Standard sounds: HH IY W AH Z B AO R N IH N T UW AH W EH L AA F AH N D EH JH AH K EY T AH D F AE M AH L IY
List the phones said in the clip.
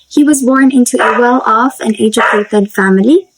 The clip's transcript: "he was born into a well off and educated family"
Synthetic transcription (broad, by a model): HH IY W AH Z B AO R N IH N T UW AH W EH L AA F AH N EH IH JH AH EY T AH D F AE M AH L IY